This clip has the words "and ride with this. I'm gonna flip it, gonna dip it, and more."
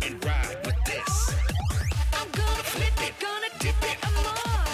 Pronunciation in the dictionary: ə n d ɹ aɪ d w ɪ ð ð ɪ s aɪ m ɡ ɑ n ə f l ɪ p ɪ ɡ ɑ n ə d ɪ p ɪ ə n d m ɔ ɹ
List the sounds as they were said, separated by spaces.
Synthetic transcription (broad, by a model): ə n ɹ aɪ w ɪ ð ð ɪ s aɪ m ɡ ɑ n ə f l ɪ ɪ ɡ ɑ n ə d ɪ ɪ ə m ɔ